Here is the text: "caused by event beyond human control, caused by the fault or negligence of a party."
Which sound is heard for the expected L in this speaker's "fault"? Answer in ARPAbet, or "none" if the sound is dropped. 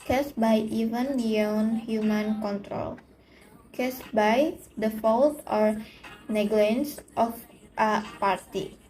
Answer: L